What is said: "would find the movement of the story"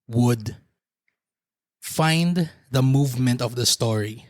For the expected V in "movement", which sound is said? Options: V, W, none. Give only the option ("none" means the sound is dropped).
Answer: V